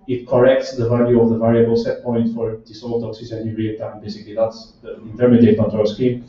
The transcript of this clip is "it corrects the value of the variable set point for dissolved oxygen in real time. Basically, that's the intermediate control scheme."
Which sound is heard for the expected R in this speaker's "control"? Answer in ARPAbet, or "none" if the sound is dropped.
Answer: none